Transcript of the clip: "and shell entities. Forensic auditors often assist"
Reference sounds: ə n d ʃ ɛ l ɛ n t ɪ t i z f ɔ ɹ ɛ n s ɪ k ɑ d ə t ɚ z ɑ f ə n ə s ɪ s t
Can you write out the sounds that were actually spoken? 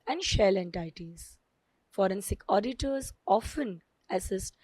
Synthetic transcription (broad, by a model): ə n d ʃ ɛ l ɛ n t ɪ t i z f ɔ ɹ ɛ n s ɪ k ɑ d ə t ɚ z ɑ f ə n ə s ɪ s t